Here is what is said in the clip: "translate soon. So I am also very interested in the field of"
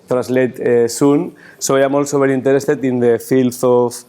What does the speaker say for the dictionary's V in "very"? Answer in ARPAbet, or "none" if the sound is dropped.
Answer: B